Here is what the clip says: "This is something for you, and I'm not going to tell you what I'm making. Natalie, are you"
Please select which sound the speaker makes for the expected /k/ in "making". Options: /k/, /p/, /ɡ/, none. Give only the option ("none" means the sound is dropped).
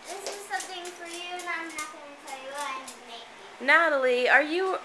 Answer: none